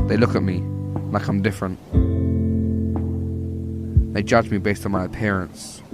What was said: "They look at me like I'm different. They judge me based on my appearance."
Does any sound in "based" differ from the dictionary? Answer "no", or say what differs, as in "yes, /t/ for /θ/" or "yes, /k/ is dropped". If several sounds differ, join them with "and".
no